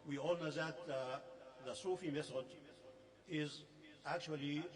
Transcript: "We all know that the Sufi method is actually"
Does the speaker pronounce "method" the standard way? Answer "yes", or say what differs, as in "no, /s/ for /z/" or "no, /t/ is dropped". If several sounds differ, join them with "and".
no, /s/ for /θ/